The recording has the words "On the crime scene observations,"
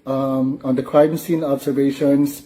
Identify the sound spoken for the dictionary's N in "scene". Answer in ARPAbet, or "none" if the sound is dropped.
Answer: N